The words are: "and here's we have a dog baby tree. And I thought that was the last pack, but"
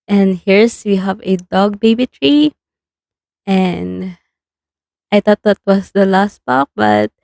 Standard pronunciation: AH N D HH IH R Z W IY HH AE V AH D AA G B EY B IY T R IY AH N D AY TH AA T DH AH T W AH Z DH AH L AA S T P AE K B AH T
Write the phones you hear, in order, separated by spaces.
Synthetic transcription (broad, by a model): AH N D HH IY R S W IY HH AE V AH D AA G B EY B IY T R IY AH N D AY T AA T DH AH T W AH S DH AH L AA S T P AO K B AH T